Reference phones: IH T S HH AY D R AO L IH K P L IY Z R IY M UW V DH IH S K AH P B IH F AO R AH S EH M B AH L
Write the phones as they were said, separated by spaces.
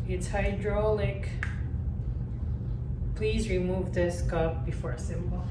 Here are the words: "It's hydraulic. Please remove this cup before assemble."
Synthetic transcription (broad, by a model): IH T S HH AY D R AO L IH K P L IY Z R IY M UW V DH IH S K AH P B IH F AO R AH S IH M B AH L